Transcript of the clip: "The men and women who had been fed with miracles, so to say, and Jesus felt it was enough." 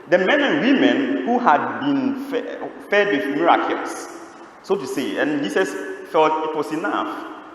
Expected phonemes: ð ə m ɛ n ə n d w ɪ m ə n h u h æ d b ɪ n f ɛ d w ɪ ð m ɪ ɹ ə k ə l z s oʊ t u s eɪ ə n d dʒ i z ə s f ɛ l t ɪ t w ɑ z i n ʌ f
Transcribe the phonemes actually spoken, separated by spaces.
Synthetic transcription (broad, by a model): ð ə m ɛ n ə n w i m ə n h u h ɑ d b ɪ n f ɛ d w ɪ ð m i ɹ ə k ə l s s oʊ t u s eɪ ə n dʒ i s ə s f ɛ l t ɪ t w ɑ s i n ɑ f